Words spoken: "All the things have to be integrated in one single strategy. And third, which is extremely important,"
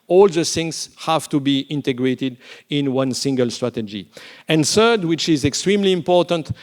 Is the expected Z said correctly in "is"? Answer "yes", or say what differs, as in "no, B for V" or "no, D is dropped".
yes